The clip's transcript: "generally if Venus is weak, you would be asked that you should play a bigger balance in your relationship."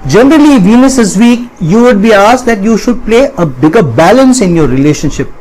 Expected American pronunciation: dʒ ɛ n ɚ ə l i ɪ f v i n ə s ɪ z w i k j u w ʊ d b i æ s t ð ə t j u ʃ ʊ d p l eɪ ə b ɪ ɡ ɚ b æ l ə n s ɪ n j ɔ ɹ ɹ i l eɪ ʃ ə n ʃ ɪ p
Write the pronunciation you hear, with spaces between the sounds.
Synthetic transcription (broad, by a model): dʒ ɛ n ɚ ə l i v i n ə s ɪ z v i k j u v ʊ d b i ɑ s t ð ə t j u ʃ ʊ d p l eɪ ə b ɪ ɡ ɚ b æ l ə n s ɪ n j ɔ ɹ ɹ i l eɪ ʃ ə n ʃ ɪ p